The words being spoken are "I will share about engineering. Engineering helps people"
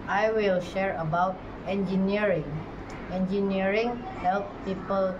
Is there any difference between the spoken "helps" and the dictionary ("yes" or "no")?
yes